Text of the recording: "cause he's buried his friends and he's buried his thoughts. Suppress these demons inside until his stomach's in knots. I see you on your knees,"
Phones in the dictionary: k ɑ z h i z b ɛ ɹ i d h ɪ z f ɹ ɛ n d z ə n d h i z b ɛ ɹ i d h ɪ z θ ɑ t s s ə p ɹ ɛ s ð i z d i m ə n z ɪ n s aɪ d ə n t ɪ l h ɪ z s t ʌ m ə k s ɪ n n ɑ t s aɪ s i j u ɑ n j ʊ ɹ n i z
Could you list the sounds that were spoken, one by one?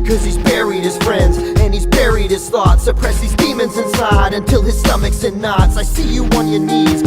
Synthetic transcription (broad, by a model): k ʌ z h i z b ɛ ɹ i d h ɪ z f ɹ ɛ n d z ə n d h i z b ɛ ɹ i d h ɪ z θ ɑ t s s ə p ɹ ɛ s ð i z d i m ə n z ɪ n s aɪ d ə n t ɪ l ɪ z s t ʌ m ə k s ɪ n n ɑ t s aɪ s i j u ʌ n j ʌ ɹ n i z